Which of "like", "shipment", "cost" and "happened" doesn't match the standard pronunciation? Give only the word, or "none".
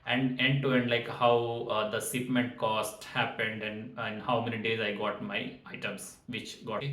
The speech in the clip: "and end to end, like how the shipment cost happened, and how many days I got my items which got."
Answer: shipment